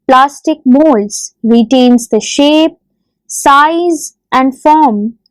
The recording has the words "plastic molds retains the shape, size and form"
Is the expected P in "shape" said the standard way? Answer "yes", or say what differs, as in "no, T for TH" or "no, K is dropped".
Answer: yes